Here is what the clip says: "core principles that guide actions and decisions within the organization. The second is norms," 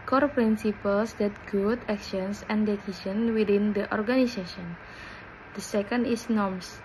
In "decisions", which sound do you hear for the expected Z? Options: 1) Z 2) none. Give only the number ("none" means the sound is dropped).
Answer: 2